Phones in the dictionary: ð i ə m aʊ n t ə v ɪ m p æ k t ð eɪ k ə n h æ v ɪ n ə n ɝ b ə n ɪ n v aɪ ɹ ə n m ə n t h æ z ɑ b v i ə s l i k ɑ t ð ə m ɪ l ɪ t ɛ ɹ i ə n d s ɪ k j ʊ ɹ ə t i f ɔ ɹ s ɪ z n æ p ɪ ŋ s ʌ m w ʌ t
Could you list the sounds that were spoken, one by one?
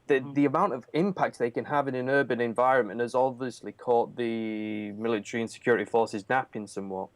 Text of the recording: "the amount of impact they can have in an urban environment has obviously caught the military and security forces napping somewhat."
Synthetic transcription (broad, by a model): ð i ə m aʊ n t ə v ɪ m p æ k t ð eɪ k ə n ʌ v ɪ n ə n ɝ b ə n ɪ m v aɪ ɹ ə n m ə n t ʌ z ɑ b v i ə s l i k ɑ t ð ə m ɪ l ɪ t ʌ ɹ i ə n s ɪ k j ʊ ɹ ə t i f ɔ ɹ s ɪ z n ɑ p ɪ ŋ s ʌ m w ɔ t